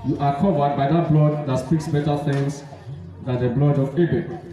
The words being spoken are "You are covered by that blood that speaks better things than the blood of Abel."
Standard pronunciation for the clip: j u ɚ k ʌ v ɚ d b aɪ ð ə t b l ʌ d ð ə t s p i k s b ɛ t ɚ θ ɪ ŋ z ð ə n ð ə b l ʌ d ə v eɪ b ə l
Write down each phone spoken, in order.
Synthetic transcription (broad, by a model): j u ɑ k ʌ v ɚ d b aɪ ð ə t b l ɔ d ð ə t s p i k s b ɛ t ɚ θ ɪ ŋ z ð ə n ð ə b l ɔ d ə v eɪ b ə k